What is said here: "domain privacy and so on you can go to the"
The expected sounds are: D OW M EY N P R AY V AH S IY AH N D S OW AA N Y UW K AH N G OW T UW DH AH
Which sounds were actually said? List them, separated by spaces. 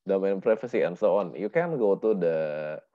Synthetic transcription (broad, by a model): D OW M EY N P R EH F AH S IY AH N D S OW AA N Y UW K AH N G OW T UW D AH